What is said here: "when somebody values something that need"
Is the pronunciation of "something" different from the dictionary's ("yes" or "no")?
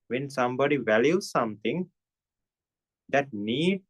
yes